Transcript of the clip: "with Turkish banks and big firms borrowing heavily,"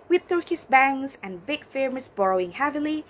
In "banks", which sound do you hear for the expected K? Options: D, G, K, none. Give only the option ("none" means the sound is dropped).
none